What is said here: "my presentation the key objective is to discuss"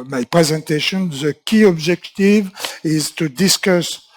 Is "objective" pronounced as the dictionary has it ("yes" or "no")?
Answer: yes